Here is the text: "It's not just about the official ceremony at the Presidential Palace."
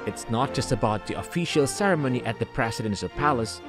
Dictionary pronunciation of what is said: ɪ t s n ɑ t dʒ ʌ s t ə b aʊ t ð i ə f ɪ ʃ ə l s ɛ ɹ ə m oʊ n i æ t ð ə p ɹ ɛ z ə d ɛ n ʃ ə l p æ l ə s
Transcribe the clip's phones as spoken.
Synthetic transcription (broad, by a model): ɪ t s n ɑ t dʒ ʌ s t ə b aʊ t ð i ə f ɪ ʃ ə l s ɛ ɹ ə m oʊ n i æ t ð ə p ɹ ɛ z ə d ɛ n s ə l p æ l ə s